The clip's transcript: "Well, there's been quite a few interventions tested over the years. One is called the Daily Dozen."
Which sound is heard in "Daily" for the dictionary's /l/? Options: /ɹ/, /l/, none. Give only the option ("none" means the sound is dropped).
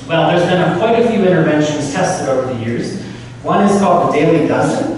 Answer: /l/